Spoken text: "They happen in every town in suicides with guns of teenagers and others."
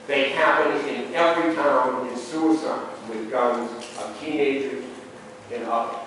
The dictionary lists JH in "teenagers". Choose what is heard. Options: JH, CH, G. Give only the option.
JH